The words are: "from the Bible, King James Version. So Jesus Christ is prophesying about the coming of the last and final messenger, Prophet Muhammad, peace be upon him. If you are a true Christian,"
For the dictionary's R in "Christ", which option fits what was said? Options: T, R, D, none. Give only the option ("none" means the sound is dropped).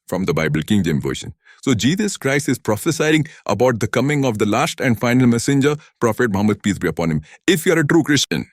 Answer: R